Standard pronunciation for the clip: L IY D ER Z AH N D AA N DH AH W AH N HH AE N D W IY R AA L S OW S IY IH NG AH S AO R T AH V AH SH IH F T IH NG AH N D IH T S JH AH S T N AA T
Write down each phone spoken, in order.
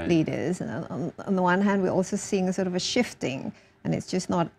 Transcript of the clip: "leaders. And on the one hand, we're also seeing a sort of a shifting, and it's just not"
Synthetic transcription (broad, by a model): L IY D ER Z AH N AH N DH AH W AH N HH AE N D W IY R AA L S OW S IY IH NG AH S AO R T AH V AH SH IH F T IH NG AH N IH T S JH AH S N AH T